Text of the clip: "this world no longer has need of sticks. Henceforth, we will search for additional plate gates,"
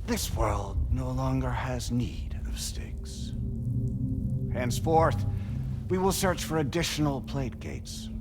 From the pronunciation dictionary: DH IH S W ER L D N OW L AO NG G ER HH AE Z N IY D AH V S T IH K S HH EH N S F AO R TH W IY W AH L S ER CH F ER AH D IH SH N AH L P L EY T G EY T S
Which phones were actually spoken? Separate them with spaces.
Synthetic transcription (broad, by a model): DH IH S W ER L D N OW L AO NG G ER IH Z N IY D AH V S T IH K S HH EH N S F AO R TH W IY W AH L S ER CH F ER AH D IH SH N L P L EY T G EY T S